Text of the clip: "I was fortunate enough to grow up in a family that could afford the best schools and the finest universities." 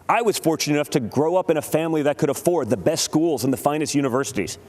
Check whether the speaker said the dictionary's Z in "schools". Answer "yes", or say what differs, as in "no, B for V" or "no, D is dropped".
yes